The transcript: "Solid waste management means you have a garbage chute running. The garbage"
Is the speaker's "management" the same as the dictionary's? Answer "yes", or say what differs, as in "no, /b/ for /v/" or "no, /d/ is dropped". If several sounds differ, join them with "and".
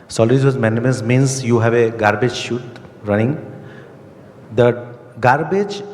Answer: no, /dʒ/ is dropped